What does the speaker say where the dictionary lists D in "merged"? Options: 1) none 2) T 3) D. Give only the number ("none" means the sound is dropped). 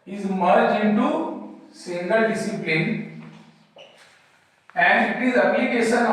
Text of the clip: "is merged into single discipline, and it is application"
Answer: 1